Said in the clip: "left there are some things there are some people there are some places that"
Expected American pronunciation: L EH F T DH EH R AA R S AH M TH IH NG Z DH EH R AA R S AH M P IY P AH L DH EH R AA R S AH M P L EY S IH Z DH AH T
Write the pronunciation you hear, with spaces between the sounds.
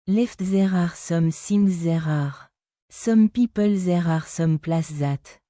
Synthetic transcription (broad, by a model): L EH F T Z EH R AA R S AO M S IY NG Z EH R AA R S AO M P IY P AH L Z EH R AA R S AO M P L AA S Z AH T